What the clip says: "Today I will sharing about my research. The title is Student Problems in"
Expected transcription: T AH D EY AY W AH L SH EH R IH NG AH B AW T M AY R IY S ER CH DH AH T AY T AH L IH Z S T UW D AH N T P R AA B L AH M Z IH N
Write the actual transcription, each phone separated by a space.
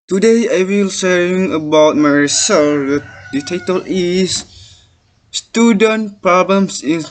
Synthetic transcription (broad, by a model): T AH D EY AY W AH L S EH IH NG AH B AW T M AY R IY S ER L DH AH T AY T AH L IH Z S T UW D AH N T P R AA B L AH M S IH N